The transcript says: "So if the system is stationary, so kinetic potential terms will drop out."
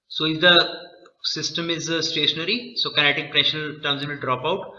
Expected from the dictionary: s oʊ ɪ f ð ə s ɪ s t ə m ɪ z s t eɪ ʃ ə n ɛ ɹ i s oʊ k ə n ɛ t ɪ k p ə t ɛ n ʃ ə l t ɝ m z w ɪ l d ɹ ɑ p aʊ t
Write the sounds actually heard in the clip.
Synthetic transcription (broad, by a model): s oʊ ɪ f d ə s ɪ s t ə m ɪ z s t eɪ ʃ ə n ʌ ɹ i s oʊ k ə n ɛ t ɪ k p t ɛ ʃ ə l t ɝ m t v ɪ l d ɹ ɑ p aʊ t